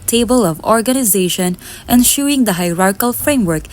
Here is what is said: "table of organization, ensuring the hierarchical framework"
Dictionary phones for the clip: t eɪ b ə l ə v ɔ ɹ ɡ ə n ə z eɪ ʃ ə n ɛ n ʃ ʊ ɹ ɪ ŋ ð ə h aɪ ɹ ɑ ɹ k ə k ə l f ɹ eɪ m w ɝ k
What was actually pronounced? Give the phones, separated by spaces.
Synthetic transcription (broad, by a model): t eɪ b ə l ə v ɔ ɹ ɡ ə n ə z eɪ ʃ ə n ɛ n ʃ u ɪ ŋ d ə h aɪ ɹ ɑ ɹ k k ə l f ɹ eɪ m w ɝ k